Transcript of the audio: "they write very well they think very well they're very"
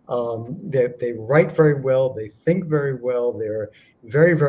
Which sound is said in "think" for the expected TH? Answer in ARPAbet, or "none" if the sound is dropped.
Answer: TH